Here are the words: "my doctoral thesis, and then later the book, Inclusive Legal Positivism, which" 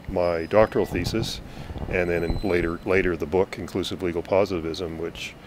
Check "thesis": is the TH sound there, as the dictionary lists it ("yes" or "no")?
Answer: yes